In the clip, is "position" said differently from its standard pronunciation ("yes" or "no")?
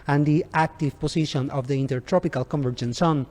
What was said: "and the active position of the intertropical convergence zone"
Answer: yes